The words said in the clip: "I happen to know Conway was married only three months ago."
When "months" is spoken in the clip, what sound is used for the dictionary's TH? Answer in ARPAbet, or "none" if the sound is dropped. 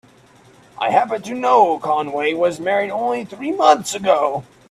TH